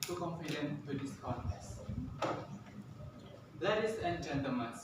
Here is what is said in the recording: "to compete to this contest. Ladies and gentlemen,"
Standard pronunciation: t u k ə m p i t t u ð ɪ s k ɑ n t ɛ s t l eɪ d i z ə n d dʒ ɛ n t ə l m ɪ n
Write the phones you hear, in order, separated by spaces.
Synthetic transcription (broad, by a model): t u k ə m f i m t u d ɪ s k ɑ t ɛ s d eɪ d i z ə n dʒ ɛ n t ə l m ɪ n